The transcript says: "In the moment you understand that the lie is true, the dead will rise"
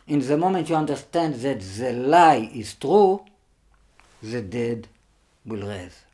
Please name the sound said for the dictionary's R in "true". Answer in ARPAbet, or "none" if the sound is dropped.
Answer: R